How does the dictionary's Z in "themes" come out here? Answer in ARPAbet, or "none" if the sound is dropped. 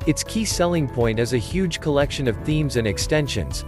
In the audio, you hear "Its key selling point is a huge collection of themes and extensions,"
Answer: Z